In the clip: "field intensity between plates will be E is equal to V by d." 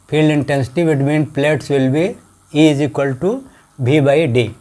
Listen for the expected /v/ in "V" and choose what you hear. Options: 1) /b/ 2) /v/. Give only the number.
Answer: 1